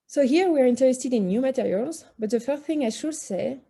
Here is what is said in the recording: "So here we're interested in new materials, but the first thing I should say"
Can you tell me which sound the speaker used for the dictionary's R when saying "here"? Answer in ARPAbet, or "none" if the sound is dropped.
R